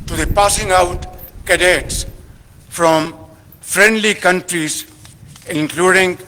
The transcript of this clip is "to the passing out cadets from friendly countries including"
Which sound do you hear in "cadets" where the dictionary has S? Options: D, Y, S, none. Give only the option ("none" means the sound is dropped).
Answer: S